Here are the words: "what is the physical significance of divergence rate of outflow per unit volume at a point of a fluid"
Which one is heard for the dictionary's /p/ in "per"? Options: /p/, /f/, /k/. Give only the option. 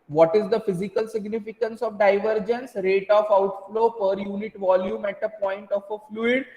/p/